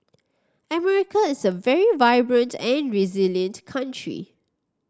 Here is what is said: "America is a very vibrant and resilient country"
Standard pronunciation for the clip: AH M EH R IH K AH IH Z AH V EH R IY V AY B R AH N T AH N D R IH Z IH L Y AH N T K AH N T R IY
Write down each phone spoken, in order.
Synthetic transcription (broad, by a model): AH M EH R IH K AH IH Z AH V EH R IY V AY B R AH N T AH N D R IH Z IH L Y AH N T K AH N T R IY